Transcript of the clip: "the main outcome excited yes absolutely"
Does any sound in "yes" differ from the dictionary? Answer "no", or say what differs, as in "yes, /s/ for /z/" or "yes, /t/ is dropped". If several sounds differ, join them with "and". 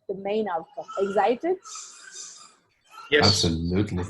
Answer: yes, /s/ is dropped